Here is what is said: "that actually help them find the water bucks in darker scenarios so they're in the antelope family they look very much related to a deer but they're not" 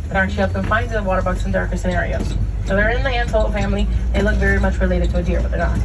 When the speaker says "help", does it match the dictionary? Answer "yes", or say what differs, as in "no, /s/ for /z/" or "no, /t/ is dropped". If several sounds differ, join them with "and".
no, /l/ is dropped